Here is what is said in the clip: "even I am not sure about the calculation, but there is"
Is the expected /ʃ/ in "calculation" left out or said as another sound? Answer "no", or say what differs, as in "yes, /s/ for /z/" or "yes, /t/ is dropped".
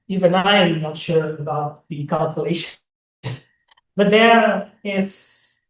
yes, /ʃ/ is dropped